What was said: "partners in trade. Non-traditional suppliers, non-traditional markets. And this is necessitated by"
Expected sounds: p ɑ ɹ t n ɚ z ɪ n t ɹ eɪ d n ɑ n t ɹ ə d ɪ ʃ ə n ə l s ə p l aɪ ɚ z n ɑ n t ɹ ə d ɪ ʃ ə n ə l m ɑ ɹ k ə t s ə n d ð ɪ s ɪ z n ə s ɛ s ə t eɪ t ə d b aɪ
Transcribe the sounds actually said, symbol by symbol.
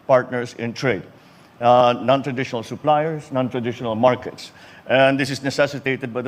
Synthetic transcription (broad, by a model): p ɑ ɹ t n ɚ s ɪ n t ɹ eɪ d n ɑ n t ɹ ə d ɪ ʃ ə n ə l s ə p l aɪ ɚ s n ɑ n t ɹ ə d ɪ ʃ ə n ə l m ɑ ɹ k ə t s ə n d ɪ s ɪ s n ə s ɛ s ə t eɪ t ə d b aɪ